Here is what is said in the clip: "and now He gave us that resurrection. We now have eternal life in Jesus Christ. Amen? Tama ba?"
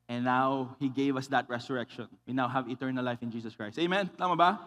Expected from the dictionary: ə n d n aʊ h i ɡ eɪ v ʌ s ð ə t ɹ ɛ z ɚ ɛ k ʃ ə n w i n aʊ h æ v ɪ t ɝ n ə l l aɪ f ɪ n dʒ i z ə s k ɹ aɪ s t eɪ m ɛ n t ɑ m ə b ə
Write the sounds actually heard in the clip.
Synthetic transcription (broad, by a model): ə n n aʊ h i ɡ eɪ v ʌ s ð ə t ɹ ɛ s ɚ ɛ k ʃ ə n w i n aʊ h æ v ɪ t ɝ n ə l l aɪ f ɪ n dʒ i s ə s k ɹ aɪ s t eɪ m ɛ n t ɑ m ə b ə